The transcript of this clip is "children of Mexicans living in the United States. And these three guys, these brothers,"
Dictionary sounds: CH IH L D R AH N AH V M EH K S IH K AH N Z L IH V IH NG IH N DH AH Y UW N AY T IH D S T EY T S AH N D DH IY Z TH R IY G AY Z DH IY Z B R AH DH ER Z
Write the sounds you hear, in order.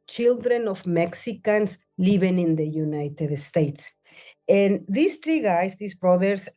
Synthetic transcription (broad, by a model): CH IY L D R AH N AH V M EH K S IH K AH N S L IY B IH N IH N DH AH Y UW N AY T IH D S T EY T S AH N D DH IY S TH R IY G AY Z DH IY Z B R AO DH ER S